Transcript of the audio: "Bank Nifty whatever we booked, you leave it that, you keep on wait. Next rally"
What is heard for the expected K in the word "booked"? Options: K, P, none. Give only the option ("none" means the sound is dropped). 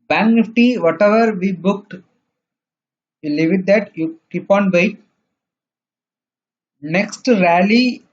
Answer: K